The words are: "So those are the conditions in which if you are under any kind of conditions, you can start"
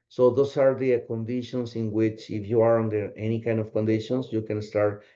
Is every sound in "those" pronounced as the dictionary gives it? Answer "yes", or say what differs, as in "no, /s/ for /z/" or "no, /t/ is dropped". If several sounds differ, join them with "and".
no, /s/ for /z/